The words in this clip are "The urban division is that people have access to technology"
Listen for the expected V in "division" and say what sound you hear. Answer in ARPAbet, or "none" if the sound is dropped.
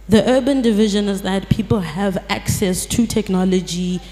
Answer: V